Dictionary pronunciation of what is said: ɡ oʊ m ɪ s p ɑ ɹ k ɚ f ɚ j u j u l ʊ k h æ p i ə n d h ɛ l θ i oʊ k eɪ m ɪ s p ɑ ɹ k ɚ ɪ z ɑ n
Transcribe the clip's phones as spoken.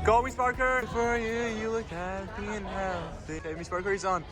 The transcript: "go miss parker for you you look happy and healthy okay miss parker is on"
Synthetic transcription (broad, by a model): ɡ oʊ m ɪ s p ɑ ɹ k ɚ f ɚ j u j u l ʊ k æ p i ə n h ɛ θ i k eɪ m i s p ɑ ɹ k ɚ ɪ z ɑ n